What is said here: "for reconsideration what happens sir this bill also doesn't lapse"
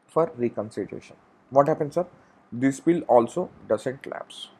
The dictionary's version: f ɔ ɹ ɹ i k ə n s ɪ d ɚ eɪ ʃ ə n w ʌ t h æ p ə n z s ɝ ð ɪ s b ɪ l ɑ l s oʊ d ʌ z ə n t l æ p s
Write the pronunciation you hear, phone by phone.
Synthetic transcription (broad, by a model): f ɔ ɹ ɹ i k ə n s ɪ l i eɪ ʃ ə n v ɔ t h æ p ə n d s ɝ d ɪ s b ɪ l ɑ l s oʊ d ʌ s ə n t l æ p s